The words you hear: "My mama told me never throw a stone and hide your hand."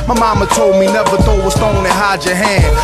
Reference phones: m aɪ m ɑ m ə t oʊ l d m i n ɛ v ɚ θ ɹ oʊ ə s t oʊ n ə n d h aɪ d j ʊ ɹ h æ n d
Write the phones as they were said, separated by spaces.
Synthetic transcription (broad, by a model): m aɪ m ɑ m ə t oʊ l d m i n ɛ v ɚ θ oʊ ə s t oʊ n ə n h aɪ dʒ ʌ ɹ h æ n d